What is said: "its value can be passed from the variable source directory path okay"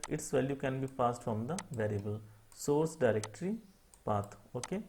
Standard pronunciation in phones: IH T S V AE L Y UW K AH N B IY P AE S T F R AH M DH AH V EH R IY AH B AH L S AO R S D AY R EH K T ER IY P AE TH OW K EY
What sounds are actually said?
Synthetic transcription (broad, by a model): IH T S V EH L Y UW K AH N B IY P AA S T F R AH M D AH V EH R IY AH B AH L S AO R S D AY R EH K T ER IY P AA T OW K EY